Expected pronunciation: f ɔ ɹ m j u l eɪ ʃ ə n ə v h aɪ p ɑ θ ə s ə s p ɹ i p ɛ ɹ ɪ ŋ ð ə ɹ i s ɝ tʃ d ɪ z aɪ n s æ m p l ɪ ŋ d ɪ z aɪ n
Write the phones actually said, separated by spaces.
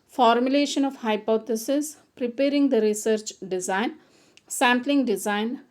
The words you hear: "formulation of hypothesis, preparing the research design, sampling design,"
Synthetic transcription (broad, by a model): f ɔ ɹ m j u l eɪ ʃ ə n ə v h aɪ p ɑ t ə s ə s p ɹ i p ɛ ɹ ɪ ŋ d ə ɹ i s ɝ tʃ d ɪ z aɪ n s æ m p l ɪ ŋ d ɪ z aɪ n